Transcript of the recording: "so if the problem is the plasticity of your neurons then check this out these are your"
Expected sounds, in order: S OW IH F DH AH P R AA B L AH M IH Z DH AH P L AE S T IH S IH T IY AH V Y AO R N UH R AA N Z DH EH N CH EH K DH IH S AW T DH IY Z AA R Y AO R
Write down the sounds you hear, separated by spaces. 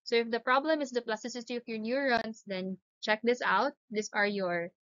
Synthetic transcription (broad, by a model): S OW IH F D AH P R AA B L AH M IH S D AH P L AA S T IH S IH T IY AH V Y AO R N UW R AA N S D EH N CH EH K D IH S AW T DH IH S AA R Y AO R